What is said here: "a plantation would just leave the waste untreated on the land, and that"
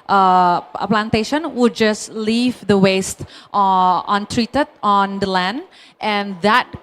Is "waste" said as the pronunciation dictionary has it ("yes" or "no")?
yes